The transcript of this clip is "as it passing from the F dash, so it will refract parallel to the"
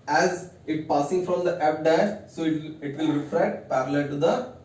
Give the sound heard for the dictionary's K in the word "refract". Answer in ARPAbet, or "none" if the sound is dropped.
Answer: none